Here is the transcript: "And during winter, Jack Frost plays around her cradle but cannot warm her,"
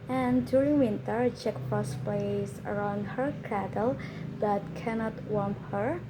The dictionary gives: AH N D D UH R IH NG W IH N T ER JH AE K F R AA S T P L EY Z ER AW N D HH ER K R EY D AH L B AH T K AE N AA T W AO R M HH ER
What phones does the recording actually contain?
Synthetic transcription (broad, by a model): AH N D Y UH R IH NG W IH N T ER CH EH K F AA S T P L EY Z ER AW N D HH ER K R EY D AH L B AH T K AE N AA T W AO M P HH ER